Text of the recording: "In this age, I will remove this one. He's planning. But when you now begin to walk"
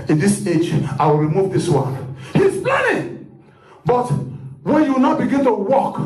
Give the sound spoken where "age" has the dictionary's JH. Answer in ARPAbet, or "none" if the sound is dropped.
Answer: JH